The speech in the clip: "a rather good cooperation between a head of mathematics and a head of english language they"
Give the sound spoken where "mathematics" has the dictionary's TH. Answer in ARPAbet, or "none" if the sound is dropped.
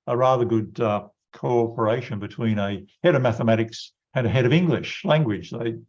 TH